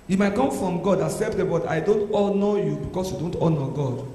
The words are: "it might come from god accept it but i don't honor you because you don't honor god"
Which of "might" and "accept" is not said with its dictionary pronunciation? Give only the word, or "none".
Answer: accept